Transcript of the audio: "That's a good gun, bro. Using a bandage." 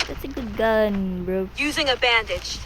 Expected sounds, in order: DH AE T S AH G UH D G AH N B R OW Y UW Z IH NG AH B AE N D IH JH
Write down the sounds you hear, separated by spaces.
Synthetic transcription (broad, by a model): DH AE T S AH G UH D G AH N B R OW Y UW Z IH NG AH B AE N D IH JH